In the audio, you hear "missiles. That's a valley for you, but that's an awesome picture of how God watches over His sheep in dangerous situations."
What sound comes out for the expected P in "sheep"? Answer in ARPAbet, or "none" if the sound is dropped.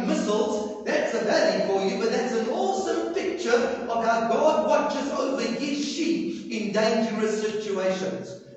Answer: none